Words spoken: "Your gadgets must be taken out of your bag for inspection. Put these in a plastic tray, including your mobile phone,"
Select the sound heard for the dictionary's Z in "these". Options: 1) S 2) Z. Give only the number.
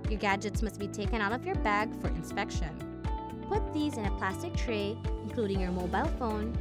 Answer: 2